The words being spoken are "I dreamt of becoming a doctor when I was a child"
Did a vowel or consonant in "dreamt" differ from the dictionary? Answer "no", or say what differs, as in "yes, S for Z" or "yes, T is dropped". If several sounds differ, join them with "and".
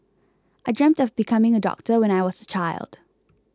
no